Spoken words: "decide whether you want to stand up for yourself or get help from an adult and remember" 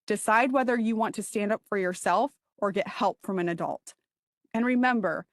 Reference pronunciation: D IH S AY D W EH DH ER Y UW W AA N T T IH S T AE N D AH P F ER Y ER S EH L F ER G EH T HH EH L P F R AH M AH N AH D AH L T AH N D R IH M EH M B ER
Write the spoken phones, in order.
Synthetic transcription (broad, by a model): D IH S AY D W EH DH ER Y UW W AA N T T IH S T AE N D AH P F ER Y ER S EH L F ER G EH T HH EH L P F R AH M AH N AH D AH L T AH N R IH M EH M B ER